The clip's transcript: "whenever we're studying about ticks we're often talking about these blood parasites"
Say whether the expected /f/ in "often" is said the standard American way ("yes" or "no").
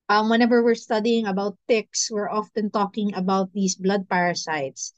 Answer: yes